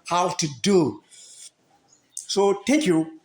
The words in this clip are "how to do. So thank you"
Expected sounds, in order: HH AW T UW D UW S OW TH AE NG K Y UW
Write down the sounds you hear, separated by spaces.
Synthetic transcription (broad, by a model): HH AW T UW D UW S OW T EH K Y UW